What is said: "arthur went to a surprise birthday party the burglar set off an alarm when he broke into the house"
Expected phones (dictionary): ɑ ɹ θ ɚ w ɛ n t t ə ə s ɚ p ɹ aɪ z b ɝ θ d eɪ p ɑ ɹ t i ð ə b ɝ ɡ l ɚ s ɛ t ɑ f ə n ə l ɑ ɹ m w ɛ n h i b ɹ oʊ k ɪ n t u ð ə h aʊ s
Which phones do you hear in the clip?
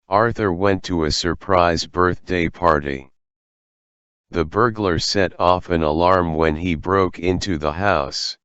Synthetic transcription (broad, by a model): ɑ ɹ θ ɚ w ɛ n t t ə ə s ɚ p ɹ aɪ z b ɝ θ d eɪ p ɑ ɹ t i ð ə b ɝ ɡ l ɚ s ɛ t ɑ f ə n ə l ɑ ɹ m w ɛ n i b ɹ oʊ k ɪ n t u ð ə h aʊ s